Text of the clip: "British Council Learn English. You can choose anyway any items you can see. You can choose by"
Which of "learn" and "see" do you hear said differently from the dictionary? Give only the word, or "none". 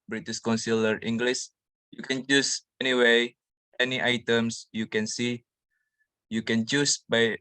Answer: learn